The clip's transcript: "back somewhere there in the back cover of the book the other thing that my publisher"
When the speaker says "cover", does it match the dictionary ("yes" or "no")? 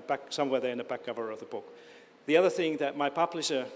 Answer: yes